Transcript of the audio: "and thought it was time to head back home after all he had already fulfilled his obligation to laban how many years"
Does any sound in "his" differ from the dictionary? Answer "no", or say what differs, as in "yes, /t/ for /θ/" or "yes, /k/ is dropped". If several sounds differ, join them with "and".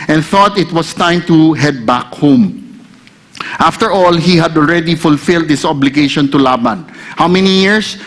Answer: yes, /s/ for /z/